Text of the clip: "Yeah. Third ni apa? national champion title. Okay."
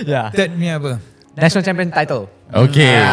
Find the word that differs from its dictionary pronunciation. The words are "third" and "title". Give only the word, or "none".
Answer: third